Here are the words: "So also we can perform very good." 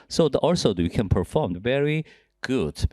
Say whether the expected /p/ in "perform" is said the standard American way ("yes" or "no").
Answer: yes